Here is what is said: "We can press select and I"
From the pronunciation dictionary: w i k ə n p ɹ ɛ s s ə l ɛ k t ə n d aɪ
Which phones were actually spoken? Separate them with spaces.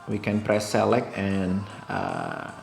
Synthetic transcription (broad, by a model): w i k ə n p ɹ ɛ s s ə l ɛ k ə n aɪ